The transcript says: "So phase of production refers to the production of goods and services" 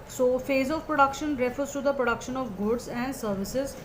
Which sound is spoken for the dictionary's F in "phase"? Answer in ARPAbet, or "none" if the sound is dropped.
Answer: F